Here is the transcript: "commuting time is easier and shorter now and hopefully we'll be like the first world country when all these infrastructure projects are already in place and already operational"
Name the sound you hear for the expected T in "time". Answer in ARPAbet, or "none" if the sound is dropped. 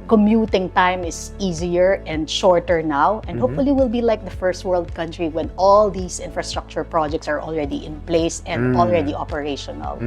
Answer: T